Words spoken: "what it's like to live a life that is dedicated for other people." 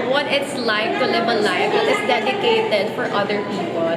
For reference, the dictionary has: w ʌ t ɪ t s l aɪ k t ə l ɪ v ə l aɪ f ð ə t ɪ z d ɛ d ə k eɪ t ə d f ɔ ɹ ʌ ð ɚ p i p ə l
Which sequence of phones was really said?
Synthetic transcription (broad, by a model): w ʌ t ɪ t s l aɪ k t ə l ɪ b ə l aɪ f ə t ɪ s d ɛ d ə k eɪ t ə d f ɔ ɹ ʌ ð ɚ p i p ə l